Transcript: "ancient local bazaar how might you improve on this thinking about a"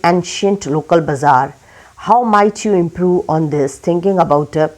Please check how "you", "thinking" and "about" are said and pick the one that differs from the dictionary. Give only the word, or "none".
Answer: thinking